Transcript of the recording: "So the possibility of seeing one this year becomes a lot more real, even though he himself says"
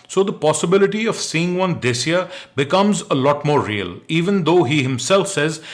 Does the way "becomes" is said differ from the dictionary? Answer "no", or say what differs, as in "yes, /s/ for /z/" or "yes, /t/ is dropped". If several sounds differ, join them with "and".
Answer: no